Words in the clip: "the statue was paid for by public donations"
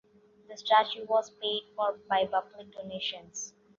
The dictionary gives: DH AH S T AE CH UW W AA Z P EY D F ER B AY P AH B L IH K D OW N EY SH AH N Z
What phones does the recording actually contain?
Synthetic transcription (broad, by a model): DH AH S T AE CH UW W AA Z P EY D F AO B AY B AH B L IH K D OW N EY SH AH N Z